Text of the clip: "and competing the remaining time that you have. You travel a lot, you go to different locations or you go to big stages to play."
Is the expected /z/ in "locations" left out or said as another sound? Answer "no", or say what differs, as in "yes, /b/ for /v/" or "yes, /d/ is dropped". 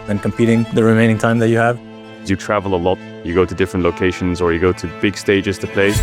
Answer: no